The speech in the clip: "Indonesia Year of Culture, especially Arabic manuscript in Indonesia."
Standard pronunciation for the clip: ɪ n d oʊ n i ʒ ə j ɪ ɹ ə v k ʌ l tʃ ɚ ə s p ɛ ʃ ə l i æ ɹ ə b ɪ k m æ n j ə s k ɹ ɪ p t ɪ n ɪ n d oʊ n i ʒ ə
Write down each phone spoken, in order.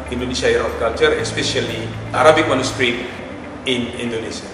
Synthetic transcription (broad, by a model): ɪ n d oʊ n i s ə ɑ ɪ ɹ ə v k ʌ l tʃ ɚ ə s p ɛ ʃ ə l i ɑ ɹ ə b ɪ k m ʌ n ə s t ɹ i t ɪ n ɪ n d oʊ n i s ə